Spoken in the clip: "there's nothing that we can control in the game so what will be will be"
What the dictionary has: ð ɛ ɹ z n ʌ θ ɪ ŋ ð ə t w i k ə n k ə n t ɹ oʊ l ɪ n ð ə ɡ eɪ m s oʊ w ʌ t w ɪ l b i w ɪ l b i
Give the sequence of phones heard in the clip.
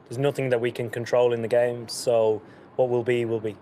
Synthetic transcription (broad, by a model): ð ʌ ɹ z n ʌ θ ɪ ŋ ð ə t w i k ə n k ə n t ɹ oʊ l ɪ n ð ə ɡ eɪ m s oʊ w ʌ t w ɪ l b i w ɪ l b i